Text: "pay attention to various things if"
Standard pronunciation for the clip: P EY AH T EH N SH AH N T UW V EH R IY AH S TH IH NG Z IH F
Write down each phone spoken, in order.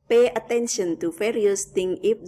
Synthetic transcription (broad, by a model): P EY AH T EH N SH AH N T UW F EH R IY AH S T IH NG IH